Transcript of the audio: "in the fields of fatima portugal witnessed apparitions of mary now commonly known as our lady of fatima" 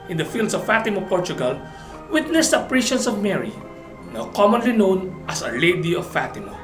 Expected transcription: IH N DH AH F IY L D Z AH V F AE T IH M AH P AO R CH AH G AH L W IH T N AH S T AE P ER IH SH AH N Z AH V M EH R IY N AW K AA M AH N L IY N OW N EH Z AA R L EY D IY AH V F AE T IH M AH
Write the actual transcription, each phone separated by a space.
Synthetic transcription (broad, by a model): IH N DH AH F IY L D S AH V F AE T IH M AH P AO R CH AH G AH L W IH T N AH S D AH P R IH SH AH N S AH V M EH R IY N AW K AA M AH N L IY N OW N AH S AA L EY D IY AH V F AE T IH M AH